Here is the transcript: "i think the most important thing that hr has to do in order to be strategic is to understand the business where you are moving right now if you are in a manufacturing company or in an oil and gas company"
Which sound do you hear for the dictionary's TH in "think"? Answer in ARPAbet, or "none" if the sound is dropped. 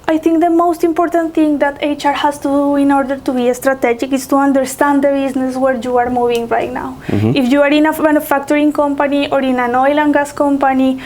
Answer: T